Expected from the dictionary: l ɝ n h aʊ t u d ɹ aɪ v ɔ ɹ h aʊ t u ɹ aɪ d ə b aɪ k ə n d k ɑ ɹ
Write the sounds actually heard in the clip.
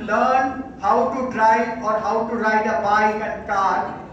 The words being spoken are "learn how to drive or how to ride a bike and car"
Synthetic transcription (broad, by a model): l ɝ n h aʊ t u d ɹ aɪ ɔ ɹ h aʊ t u ɹ aɪ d ə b aɪ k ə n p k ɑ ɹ